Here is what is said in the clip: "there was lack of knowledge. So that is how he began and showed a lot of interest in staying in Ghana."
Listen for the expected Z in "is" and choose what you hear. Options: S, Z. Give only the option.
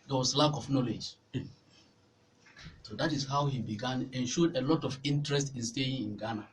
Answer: S